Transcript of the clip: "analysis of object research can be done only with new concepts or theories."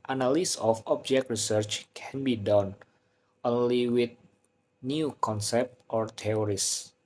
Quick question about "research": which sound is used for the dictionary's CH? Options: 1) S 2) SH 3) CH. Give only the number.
3